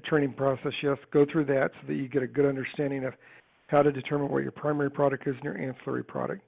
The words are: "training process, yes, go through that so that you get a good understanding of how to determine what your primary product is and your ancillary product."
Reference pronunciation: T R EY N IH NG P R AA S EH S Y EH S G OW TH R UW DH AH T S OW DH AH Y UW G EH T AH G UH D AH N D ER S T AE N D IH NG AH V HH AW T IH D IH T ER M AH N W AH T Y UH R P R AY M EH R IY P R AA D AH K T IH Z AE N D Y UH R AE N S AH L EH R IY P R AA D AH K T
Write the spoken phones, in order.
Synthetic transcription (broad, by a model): T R EY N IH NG P R AA S EH S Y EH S G OW TH R UW DH AH T S OW DH AH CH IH G EH T AH G UH D AH N D ER S T AE N D IH NG AH V HH AW T IH D IH T ER M AH N W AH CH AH R P R AY M EH R IY P R AA D AH K T IH Z N Y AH R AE N S L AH R IY P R AA D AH K T